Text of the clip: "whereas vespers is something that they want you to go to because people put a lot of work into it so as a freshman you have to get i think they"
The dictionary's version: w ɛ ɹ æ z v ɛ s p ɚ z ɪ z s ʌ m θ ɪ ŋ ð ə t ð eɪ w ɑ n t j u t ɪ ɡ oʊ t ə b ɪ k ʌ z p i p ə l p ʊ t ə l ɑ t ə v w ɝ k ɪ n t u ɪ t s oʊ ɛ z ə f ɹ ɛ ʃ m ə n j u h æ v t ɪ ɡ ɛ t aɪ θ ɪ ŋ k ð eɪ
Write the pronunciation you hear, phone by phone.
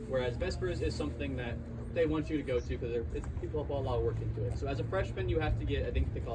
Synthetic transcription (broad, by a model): w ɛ ɹ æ z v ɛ s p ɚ z ɪ z s ʌ m θ ɪ ŋ ð ə t ð eɪ w ɑ n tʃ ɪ t ɪ ɡ oʊ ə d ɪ k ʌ z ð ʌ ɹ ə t p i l ə l ɑ t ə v w ɝ k ɪ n t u ɪ t s oʊ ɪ z ə f ɹ ɛ ʃ m ə n j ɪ h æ f t ɪ ɡ ɛ t aɪ θ ɪ ŋ k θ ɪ